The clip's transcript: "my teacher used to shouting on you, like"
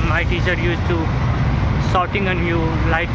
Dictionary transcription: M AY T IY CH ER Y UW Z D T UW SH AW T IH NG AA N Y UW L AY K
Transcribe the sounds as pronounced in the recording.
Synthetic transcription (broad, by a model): M AY T IY CH ER Y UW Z T UW S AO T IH NG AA N Y UW L AY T